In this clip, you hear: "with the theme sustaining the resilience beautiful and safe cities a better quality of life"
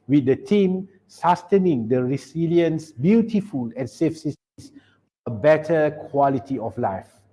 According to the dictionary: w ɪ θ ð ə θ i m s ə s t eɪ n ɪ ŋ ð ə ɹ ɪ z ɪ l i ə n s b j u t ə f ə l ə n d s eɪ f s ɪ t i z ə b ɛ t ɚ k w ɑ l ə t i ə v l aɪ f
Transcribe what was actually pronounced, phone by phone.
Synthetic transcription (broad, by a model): w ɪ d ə t i m s ə s t eɪ n ɪ ŋ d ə ɹ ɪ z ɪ l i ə n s b j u t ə f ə l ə n s eɪ f s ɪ s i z ə b ɛ t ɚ k w ɑ l ə t i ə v l aɪ f